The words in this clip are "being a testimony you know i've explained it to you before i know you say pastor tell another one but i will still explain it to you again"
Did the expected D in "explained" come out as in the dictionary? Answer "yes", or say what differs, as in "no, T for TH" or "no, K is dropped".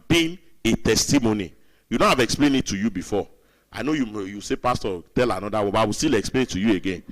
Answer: no, D is dropped